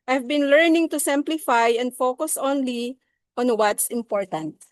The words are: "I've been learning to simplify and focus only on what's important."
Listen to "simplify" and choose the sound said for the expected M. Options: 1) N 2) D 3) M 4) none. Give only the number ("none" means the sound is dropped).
3